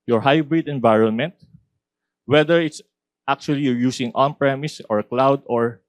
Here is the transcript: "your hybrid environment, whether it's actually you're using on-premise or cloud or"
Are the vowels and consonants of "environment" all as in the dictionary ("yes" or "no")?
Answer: yes